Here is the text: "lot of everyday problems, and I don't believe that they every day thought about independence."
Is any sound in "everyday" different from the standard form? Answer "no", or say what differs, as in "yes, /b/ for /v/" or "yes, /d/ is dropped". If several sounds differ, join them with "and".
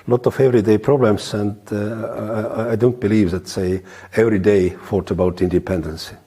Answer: no